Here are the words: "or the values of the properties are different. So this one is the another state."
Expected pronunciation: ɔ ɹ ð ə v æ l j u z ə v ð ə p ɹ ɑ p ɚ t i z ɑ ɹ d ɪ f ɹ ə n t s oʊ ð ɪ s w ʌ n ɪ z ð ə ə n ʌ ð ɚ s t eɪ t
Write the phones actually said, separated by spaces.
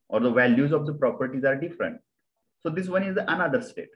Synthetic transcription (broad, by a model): ɔ ɹ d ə v æ l j u z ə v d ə p ɹ ɑ p ɚ t i z ɑ ɹ d ɪ f ɹ ə n t s oʊ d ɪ s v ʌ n ɪ z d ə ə n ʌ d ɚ s t eɪ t